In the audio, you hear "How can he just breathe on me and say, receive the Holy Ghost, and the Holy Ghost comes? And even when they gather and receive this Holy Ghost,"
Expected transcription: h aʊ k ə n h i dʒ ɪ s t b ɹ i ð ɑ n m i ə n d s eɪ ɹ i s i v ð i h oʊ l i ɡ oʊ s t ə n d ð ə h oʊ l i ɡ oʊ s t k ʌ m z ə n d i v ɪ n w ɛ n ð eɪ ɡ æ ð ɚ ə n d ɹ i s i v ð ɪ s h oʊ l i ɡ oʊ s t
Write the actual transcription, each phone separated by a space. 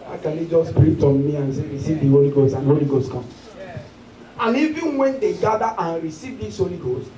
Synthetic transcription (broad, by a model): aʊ k ə n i dʒ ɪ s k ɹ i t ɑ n m i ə n s eɪ ɹ i s i v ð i h oʊ l i ɡ oʊ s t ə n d h oʊ l i ɡ oʊ s t k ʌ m ə n i v ɪ n w ɛ n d eɪ ɡ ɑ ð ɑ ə n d ɹ i s i v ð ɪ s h oʊ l i ɡ oʊ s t